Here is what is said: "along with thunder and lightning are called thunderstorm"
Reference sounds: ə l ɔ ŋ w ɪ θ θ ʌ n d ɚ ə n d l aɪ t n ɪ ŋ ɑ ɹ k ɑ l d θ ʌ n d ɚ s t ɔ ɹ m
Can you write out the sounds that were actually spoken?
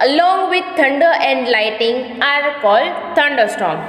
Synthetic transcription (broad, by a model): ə l ɔ ŋ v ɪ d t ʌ n d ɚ ə n d l aɪ t ɪ ŋ ɑ ɹ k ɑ l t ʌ n d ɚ s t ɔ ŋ